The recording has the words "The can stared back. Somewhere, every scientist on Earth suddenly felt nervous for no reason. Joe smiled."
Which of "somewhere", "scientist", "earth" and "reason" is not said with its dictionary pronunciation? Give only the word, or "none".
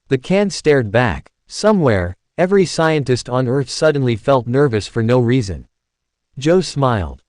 none